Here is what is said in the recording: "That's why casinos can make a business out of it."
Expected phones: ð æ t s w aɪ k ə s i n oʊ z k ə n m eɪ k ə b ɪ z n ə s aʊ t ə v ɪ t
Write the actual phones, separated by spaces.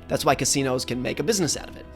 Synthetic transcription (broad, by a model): ð æ t s w aɪ k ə s i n oʊ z k ə n m eɪ k ə b ɪ z n ə s aʊ t ə v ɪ t